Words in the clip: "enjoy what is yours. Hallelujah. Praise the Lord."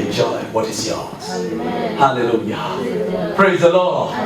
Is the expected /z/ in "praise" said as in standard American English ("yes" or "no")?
yes